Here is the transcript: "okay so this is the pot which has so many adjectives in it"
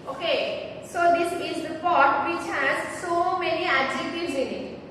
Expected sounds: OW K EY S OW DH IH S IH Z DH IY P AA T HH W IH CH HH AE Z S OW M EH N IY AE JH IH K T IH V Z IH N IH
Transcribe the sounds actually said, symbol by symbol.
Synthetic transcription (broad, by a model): OW K EY S OW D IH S IH Z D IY P AA T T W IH CH HH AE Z S OW M EH N IY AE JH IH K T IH Z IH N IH